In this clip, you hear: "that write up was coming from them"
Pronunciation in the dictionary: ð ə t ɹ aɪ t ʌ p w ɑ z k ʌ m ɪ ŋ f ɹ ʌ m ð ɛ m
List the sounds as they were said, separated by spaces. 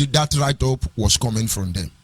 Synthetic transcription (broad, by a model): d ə t ɹ aɪ t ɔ p w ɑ s k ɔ m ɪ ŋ f ɹ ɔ m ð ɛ m